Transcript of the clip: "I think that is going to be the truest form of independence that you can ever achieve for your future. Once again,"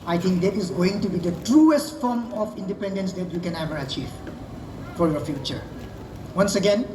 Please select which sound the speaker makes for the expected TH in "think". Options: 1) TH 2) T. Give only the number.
2